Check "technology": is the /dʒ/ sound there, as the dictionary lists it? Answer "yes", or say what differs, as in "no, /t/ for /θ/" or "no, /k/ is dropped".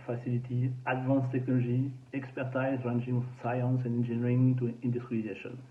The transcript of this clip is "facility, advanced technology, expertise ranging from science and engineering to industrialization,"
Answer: no, /ʒ/ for /dʒ/